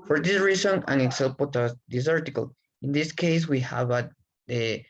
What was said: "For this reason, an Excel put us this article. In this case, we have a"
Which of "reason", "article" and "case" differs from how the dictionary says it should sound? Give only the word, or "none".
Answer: reason